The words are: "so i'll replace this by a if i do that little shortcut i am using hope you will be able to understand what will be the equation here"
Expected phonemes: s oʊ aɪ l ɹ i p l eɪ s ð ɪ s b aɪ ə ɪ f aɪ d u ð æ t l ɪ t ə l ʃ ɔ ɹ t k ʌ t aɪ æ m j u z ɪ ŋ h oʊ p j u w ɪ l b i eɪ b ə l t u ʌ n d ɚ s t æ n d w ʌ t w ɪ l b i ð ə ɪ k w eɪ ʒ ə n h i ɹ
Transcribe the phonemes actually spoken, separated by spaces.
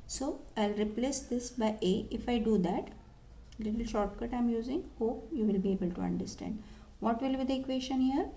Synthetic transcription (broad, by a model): s oʊ aɪ l ɹ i p l eɪ s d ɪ s b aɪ ə ɪ f aɪ d u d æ t l ɪ t ə l ʃ ɔ ɹ t k ʌ t aɪ m j u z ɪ ŋ h oʊ p j u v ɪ l b i eɪ b ə l t u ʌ n d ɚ s t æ n d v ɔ t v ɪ l b i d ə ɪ k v eɪ ʃ ə n h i ɹ